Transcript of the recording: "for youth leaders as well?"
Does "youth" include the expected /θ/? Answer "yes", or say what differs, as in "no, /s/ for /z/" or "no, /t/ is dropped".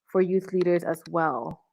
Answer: yes